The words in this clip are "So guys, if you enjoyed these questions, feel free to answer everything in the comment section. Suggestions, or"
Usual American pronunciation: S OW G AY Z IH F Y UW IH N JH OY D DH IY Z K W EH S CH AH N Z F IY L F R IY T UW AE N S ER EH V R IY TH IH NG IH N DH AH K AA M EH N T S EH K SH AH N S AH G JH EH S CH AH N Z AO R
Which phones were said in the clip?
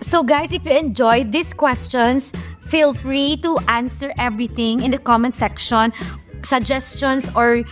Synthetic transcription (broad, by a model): S OW G AY S IH F Y UW IH N JH OY D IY S K W EH S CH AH N S F IY L F R IY T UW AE N S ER EH V R IY TH IH NG IH N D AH K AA M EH N S EH K SH AH N S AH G JH EH S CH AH N S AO R